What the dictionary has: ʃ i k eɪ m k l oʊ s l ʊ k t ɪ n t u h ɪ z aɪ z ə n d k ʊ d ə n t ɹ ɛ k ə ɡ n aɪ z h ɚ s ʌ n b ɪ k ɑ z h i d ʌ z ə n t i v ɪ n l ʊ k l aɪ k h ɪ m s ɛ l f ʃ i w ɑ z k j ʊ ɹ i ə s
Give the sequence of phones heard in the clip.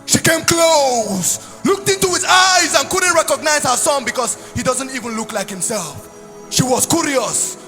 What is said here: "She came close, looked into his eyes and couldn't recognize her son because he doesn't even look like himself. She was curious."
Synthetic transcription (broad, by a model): ʃ i k eɪ m k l oʊ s l ʊ k t ɪ n t u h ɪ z aɪ z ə n k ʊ d n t ɹ ɛ k ə ɡ n aɪ z h ɚ s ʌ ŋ b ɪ k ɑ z h i d ʌ z ə n t i v ɪ n l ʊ k l aɪ k h ɪ m s ɛ l f ʃ i w ɑ z k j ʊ ɹ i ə s